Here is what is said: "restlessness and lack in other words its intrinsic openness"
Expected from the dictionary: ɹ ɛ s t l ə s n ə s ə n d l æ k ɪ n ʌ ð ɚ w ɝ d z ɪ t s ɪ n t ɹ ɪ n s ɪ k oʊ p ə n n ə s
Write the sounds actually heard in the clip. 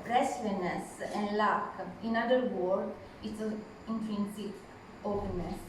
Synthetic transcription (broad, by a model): ɹ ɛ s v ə n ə s ə n d l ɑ k ɪ n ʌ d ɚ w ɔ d ɪ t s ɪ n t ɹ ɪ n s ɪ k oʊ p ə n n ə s